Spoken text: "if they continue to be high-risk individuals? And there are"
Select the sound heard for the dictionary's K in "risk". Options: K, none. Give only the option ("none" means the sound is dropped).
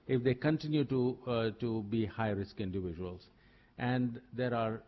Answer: K